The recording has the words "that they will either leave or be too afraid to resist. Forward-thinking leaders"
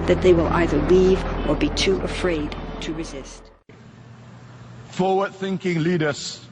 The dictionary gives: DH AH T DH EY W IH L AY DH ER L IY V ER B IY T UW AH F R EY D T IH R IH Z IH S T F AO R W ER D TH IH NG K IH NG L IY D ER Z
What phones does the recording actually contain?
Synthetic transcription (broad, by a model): DH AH T DH EY W IH L AY DH ER L IY V ER B IY T UW AH F R EY D T IH R IH Z IH S T F AO W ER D TH IH NG K IH NG L IY D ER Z